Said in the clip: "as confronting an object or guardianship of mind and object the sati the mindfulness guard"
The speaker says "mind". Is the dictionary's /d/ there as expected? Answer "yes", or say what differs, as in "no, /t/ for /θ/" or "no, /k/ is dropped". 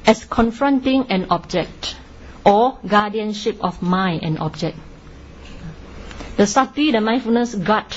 no, /d/ is dropped